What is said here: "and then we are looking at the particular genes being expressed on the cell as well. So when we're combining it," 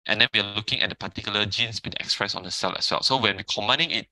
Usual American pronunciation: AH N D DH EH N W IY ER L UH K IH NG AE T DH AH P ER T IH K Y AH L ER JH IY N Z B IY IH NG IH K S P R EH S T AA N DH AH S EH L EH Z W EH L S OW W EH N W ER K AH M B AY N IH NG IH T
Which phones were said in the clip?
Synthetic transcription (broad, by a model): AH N D EH N W IY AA L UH K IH NG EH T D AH P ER T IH K Y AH L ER JH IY N S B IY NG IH K S P R EH S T AA N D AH S EH L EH S W EH L S OW W EH N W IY K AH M AY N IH NG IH T